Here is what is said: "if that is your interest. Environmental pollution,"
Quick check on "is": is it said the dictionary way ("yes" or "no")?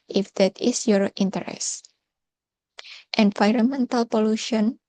no